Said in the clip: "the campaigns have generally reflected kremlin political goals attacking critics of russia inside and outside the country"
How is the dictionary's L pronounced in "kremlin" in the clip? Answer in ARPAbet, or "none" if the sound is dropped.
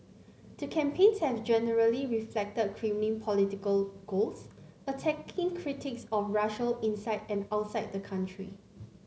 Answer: N